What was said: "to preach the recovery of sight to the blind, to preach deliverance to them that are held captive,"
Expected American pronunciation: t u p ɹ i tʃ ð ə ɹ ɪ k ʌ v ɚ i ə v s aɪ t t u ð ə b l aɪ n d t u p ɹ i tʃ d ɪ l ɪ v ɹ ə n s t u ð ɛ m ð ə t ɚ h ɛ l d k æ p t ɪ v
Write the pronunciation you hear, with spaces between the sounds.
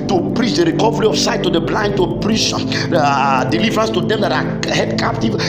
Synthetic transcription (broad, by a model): t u p ɹ i tʃ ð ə ɹ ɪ k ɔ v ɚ i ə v s aɪ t t u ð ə b l aɪ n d t u p ɹ i tʃ d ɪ l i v ɹ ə n s t u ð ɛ m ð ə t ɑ h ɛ d k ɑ p t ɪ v